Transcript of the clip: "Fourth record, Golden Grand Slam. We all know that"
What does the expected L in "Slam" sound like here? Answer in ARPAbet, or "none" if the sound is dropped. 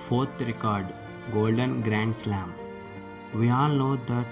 L